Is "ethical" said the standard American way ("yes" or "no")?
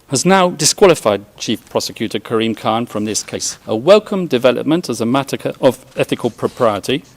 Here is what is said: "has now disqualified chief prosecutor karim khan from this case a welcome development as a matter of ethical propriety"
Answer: yes